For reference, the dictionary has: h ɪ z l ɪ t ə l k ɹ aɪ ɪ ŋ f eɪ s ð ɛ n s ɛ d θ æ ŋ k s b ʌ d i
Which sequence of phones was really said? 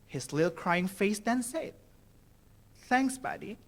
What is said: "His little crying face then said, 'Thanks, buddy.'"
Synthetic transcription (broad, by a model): h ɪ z l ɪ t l k ɹ aɪ ɪ ŋ f eɪ s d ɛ n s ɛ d θ æ ŋ k s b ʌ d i